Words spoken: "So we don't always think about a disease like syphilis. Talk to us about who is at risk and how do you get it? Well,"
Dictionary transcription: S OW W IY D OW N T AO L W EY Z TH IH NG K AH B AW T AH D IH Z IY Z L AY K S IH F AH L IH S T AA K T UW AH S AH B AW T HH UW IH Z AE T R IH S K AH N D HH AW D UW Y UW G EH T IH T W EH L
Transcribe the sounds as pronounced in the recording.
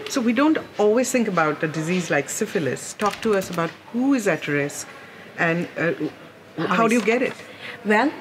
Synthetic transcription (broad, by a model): S OW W IY D OW N T AO L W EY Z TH IH NG K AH B AW T AH D IH Z IY Z L AY K S IH F AH L IH S T AA K T UW AH S AH B AW T HH UW IH Z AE T R IH S K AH N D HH AW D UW Y UW G EH T IH T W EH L